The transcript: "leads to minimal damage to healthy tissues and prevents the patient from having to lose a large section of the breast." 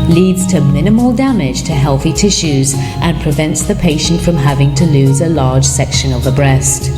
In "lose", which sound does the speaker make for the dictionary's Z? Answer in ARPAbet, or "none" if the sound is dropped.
Z